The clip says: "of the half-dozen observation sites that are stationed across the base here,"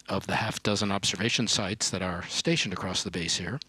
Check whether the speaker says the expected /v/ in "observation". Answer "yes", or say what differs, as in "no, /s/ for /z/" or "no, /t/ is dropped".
yes